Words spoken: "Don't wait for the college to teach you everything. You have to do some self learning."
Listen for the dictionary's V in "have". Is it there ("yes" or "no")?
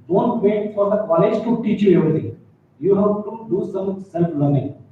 no